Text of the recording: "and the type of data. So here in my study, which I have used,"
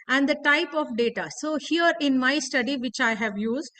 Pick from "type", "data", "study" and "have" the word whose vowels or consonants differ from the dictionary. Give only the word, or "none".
none